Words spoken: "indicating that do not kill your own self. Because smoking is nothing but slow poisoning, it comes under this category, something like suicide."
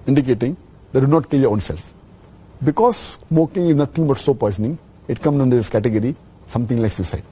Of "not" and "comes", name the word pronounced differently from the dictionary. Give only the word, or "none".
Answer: comes